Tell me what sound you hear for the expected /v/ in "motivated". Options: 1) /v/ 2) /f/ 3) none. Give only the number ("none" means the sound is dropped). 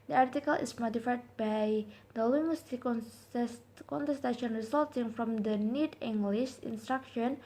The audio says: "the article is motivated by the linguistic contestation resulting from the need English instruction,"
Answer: 2